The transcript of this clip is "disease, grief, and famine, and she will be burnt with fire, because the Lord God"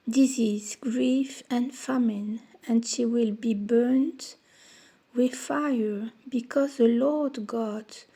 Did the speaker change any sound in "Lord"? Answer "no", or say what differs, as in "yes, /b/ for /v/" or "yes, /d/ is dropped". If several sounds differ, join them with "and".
no